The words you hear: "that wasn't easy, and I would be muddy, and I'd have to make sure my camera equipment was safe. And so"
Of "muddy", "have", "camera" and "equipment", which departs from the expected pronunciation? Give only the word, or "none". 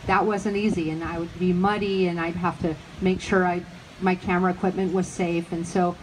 have